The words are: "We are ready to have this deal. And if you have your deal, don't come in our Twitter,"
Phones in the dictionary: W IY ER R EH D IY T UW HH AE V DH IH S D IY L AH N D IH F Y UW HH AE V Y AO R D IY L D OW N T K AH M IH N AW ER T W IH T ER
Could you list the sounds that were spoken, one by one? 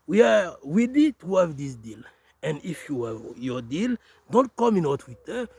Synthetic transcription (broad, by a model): W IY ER W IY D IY T UW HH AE V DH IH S D IY L AH N D IH F Y UW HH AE V Y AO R D IY L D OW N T K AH M IH N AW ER T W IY T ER